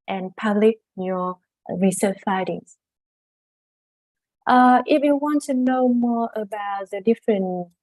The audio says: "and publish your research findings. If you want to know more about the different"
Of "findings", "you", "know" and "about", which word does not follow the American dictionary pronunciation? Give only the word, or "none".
findings